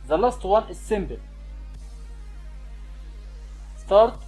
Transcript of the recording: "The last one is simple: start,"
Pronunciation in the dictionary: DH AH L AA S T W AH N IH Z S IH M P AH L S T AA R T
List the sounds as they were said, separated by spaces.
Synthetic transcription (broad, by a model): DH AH L AA S T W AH N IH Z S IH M B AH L S T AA R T